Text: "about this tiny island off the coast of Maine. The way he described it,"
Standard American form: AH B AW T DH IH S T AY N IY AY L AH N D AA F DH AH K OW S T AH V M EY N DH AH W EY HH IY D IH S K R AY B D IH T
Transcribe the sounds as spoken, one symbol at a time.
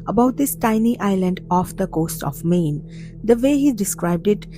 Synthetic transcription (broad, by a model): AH B AW T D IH S T AY N IY AY L AH N D AA F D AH K OW S T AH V M EY N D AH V EY HH IY D IH S K R AY B D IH T